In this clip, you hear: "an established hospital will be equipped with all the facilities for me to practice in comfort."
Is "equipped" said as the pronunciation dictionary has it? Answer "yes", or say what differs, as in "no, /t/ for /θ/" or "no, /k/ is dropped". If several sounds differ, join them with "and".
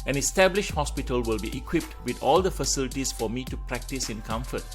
yes